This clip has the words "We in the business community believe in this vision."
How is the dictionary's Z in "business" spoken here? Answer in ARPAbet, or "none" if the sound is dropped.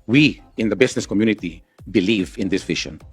S